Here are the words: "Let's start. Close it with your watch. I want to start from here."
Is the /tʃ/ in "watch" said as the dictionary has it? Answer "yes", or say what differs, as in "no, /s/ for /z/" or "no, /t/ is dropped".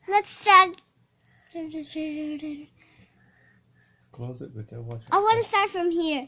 no, /tʃ/ is dropped